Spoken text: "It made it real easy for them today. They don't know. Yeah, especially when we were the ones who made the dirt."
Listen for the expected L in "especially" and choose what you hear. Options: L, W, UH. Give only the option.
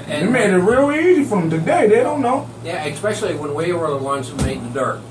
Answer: L